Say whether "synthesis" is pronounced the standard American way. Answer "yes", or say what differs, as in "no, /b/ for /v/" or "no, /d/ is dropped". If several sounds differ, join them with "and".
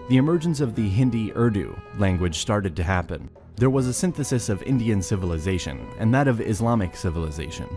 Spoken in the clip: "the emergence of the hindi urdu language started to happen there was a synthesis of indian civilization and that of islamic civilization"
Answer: yes